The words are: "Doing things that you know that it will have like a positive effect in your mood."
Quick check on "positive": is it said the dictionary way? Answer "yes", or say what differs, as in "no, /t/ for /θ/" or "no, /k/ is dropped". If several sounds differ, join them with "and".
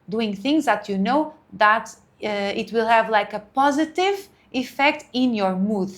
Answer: yes